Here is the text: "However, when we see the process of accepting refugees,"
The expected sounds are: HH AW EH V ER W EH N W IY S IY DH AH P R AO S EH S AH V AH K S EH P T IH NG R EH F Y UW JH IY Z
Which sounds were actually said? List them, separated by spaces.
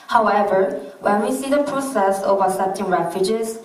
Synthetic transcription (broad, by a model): HH AW EH V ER W EH N W IY S IY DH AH P R AO S EH S AH V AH S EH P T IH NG R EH F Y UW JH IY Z